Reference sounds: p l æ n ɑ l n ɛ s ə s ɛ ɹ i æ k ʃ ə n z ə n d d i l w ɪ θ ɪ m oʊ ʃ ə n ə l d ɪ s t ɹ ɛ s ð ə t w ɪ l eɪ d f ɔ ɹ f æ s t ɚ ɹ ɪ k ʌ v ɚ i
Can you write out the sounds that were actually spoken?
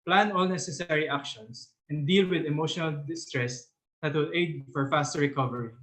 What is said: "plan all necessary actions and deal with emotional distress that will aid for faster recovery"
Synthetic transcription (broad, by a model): p l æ n ɑ l n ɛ s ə s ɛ ɹ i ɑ k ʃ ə n s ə n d d i l w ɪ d ɪ m oʊ ʃ ə n ə l d ɪ s t ɹ ɛ s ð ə t w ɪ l eɪ d f ɔ ɹ f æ s t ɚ ɹ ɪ k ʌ v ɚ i